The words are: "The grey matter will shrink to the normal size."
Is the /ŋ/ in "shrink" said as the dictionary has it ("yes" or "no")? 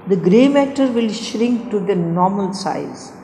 yes